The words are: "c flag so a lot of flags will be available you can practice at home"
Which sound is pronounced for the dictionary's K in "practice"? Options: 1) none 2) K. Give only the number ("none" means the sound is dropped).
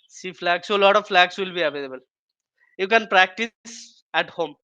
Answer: 2